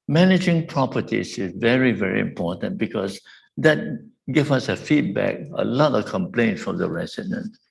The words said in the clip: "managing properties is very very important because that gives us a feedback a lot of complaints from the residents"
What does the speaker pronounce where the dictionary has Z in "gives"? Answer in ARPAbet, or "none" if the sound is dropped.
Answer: none